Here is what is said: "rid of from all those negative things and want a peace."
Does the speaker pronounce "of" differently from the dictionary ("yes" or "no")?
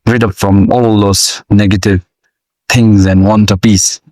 yes